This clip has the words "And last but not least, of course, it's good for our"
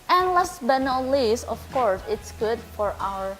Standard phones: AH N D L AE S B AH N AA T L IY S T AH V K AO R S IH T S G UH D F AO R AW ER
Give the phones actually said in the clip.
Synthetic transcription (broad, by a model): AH N L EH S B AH N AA L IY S AH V K AO R S IH T S G UH D F AO R AW ER